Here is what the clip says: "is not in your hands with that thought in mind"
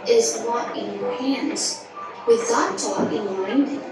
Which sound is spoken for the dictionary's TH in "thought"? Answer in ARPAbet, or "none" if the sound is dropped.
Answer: T